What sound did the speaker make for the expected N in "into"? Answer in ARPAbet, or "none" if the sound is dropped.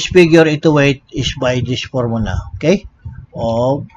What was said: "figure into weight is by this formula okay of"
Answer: none